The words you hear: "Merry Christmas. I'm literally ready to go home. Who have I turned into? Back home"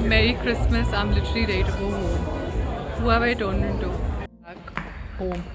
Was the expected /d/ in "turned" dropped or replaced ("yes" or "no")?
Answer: yes